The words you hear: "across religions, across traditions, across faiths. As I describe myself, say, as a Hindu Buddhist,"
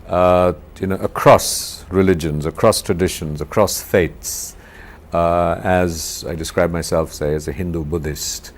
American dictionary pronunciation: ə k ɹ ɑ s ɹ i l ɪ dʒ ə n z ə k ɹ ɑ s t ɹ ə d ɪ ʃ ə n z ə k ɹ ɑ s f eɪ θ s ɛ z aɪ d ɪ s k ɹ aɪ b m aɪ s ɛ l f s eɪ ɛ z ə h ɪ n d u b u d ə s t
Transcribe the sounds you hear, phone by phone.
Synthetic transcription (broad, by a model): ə k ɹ ɑ s ɹ i l ɪ dʒ ə n z ə k ɹ ɑ s t ɹ ə d ɪ ʃ ə n z ə k ɹ ɑ s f eɪ t s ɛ z aɪ d ɪ s k ɹ aɪ b m aɪ s ɛ l f s eɪ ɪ z ə h ɪ n d u b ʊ d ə s t